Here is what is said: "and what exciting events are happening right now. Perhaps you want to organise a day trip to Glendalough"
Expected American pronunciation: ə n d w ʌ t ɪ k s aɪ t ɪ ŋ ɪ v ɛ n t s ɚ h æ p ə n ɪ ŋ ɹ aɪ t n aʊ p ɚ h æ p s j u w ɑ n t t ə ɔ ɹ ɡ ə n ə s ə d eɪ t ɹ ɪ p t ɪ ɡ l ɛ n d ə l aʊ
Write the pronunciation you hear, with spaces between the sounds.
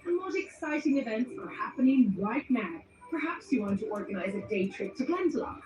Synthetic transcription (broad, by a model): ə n w ʌ t ɪ k s aɪ t ɪ ŋ ɪ v ɛ n t s ɚ h æ p ə n ɪ ŋ w aɪ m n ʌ p ɚ h æ p s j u w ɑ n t t ə ɔ ɹ ɡ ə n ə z ə d eɪ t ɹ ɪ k t ɪ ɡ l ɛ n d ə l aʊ